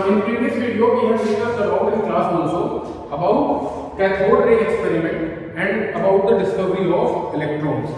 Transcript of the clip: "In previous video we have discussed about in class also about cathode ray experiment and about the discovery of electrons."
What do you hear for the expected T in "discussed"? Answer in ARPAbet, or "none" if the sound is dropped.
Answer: none